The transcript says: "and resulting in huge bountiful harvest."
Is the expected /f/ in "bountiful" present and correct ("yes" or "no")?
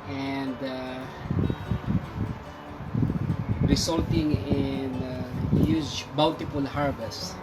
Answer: no